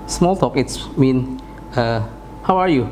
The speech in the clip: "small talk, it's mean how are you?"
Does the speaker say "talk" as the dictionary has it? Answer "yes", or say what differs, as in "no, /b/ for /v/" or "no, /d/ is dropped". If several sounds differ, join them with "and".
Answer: yes